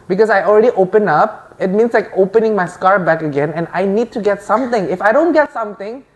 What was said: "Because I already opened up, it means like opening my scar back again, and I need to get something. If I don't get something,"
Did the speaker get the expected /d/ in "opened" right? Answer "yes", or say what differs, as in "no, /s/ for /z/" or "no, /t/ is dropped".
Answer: no, /d/ is dropped